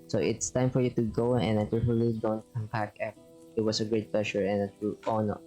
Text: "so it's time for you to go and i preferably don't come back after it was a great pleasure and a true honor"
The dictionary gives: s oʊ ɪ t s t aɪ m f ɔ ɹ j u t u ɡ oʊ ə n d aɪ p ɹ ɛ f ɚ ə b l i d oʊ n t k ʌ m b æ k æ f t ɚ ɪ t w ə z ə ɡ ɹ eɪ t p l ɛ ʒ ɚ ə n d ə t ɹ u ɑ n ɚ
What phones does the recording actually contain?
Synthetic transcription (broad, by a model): s oʊ ɪ t s t aɪ m f ɔ ɹ j u t u ɡ oʊ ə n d aɪ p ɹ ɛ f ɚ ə l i d oʊ n t k ʌ m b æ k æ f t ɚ ɪ t w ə s ə ɡ ɹ eɪ t p l ɛ ʃ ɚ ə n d ə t u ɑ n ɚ